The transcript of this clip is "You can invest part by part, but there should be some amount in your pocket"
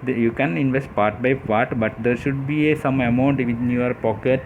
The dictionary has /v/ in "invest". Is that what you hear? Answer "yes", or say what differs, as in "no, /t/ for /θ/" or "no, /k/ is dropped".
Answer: yes